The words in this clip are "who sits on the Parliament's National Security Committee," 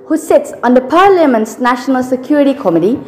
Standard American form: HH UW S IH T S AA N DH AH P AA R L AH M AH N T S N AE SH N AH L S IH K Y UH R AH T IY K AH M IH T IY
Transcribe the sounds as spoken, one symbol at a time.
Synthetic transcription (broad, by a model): HH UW S IH T S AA N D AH P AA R L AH M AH N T S N AE SH N AH L S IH K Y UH R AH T IY K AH M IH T IY